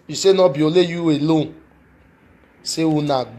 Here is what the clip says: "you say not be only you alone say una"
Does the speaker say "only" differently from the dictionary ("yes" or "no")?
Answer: yes